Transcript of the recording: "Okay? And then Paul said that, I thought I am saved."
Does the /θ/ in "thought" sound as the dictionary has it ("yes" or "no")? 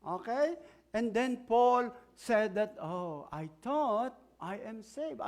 no